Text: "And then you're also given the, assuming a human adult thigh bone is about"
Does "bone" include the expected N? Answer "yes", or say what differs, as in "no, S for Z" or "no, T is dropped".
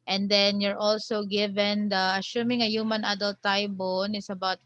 yes